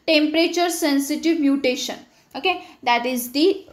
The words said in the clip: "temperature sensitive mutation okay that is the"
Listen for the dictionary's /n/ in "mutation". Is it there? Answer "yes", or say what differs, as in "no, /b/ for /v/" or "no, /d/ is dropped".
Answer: yes